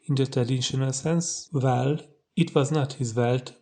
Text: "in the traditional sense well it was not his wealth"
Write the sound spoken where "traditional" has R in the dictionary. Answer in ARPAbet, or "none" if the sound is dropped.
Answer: none